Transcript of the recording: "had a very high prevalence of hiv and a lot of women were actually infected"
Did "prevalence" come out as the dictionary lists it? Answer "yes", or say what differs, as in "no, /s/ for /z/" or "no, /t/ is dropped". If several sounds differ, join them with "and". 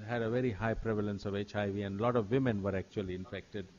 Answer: yes